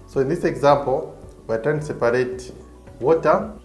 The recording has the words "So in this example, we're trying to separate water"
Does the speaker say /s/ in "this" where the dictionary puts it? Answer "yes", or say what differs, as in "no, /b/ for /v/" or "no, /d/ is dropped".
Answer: yes